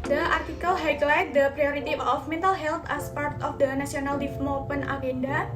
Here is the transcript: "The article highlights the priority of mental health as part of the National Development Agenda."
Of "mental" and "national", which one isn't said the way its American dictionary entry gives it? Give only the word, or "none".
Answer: national